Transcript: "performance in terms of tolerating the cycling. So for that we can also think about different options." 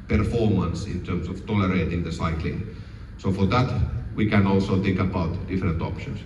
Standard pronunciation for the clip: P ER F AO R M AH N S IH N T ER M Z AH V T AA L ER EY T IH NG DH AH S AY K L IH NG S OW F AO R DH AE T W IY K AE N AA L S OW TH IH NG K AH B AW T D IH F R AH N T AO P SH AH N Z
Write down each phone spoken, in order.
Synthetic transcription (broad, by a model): P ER F AO R M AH N S IH N T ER M S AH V T AA L ER EY T IH NG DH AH S AY K L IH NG S OW F AO R DH AE T W IY K AE N AA L S OW TH IH NG K AH B AW T D IH F R AH N T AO P SH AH N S